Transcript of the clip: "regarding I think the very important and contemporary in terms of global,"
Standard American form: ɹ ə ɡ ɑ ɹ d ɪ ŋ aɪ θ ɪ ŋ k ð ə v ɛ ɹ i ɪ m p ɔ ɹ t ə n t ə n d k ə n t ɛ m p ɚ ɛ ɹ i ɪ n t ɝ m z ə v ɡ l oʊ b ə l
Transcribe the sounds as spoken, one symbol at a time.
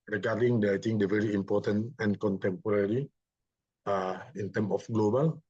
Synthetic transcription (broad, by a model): ɹ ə ɡ ɑ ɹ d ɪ ŋ aɪ t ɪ ŋ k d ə v ɛ ɹ i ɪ m p ɔ t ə n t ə n k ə n t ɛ m p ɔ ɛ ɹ i ɪ n t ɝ m ə f ɡ l oʊ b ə l